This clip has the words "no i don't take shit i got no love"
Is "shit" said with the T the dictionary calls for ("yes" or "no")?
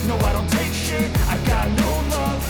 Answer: no